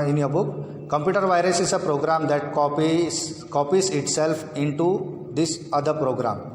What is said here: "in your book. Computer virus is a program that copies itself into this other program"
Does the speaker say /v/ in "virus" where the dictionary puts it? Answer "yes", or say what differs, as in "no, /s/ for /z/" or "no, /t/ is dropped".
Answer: yes